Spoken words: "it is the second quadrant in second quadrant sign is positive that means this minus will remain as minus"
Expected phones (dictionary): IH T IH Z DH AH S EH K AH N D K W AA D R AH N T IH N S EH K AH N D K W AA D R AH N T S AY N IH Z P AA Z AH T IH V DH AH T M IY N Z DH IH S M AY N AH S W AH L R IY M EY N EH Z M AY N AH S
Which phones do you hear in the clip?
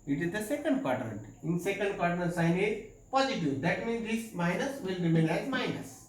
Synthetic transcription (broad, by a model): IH T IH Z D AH S EH K AH N D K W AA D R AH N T IH N S EH K AH N D K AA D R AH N S AY N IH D P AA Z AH T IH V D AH T M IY N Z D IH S M AY N AH S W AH L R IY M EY L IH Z M AY N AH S